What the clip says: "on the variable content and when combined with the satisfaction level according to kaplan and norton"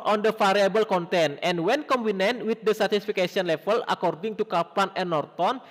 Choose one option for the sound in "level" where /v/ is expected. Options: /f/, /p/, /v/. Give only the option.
/f/